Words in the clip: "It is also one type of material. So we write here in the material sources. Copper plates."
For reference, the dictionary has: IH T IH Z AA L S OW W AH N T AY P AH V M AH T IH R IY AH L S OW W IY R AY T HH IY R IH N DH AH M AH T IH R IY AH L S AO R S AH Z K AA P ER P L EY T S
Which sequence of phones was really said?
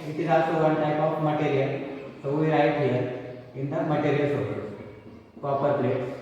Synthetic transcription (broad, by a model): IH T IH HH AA S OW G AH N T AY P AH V M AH T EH R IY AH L S OW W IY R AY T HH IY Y IH N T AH M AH T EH R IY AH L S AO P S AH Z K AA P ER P L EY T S